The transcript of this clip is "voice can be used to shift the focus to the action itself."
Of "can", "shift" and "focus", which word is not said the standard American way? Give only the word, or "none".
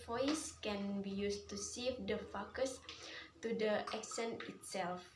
shift